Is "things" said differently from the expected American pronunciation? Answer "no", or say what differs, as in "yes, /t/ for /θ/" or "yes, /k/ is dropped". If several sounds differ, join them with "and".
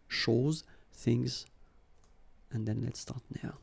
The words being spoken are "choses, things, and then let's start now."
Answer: no